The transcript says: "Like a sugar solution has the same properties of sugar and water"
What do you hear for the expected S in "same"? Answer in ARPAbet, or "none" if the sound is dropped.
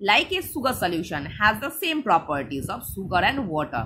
S